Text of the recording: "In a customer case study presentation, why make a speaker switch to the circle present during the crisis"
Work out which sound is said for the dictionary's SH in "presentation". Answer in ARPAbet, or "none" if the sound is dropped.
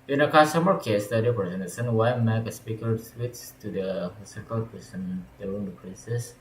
S